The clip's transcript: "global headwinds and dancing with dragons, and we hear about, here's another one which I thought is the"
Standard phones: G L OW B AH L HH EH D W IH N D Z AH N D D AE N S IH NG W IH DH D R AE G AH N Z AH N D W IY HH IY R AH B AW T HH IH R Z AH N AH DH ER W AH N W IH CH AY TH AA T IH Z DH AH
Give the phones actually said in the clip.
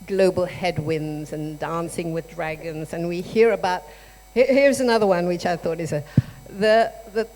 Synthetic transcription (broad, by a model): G L OW B L HH EH D W IH N Z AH N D D AE N S IH NG W IH DH D R AE G AH N Z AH N W IY HH IY R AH B AW T HH IH R Z AH N AH DH ER W AH N W IH CH AY TH AA T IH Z DH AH